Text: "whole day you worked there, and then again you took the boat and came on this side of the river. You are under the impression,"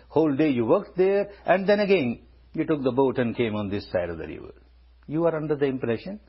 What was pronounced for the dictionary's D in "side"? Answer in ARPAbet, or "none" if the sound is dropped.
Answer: D